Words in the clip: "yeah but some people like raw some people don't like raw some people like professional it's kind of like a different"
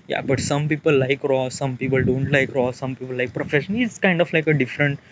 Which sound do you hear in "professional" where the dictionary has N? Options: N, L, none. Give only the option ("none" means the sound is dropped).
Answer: none